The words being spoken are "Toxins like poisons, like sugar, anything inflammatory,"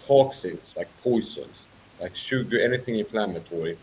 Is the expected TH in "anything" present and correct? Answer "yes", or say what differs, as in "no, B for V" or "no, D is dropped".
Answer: yes